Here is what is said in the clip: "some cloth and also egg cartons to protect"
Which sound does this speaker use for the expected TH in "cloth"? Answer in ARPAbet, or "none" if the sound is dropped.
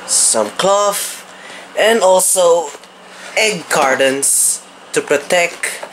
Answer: F